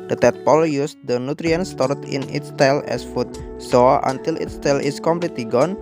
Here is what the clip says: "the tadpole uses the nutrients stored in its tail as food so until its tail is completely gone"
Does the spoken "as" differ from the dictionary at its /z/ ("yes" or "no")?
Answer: yes